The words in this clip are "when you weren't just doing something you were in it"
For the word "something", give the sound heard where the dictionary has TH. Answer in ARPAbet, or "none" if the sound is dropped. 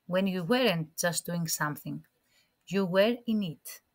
TH